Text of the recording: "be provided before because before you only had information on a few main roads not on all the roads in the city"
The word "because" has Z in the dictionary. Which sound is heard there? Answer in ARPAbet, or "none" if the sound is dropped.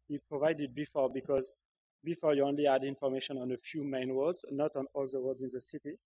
Z